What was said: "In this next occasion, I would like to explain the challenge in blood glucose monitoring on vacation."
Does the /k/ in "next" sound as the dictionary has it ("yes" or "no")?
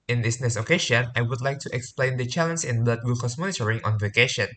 no